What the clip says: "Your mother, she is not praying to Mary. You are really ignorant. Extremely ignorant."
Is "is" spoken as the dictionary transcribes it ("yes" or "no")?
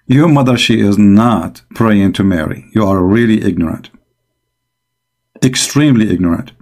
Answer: yes